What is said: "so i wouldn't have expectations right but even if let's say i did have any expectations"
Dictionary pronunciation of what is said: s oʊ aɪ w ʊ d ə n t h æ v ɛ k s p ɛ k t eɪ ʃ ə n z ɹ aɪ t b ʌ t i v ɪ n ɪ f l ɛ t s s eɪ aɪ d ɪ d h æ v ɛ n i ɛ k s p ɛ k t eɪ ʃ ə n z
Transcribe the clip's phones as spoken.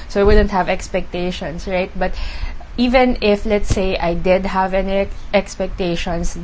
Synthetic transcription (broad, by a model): s oʊ aɪ w ʊ d ə n t h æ v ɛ k s p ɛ k t eɪ ʃ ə n s ɹ aɪ t b ʌ t i v ɪ n ɪ f l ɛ t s s eɪ aɪ d ɪ d h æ v ɛ n i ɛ k s p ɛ k t eɪ ʃ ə n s